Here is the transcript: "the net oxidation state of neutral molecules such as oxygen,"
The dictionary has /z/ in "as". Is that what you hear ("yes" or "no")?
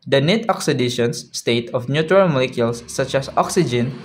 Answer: no